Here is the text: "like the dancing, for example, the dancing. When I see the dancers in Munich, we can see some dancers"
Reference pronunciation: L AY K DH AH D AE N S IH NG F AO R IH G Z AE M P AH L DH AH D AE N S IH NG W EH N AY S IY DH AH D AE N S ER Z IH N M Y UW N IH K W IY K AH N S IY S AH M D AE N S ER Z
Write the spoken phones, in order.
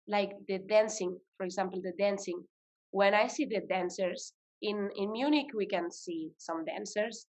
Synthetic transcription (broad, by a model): L AY K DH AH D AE N S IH NG F AO R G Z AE M P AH L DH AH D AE N S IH NG W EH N AY S IY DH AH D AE N S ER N IH N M Y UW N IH K W IY K AH N S IY S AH M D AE N S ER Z